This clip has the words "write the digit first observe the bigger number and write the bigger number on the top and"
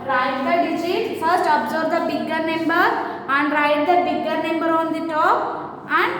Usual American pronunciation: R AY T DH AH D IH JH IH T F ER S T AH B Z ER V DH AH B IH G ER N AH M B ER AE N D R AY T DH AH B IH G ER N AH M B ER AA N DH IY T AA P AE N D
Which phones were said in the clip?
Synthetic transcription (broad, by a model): R AY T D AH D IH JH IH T F ER S T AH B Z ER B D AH B IH G ER N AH M B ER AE N D R AY T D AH B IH G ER N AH M B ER AA N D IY T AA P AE N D